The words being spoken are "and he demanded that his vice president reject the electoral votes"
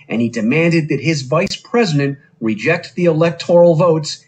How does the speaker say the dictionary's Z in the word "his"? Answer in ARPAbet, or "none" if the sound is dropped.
Z